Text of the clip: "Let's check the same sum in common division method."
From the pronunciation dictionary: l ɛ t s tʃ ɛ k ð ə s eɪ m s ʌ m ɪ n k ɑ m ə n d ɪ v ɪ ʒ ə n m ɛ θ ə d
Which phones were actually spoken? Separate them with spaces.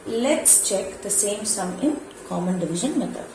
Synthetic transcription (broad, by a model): l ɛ t s tʃ ɛ k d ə s eɪ m s ʌ m ɪ n k ɑ m ə n d ɪ v ɪ ʒ ə n m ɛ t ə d